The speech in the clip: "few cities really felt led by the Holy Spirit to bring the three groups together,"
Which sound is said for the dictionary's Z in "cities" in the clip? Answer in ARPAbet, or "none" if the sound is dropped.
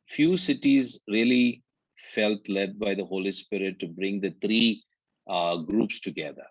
Z